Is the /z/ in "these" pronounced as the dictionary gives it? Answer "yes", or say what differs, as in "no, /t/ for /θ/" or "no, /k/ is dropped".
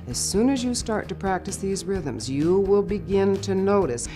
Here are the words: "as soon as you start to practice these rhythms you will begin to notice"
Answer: yes